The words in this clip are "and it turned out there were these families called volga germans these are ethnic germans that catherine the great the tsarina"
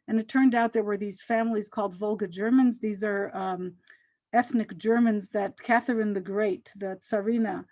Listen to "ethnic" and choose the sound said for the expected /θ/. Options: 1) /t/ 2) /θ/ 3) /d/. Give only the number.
2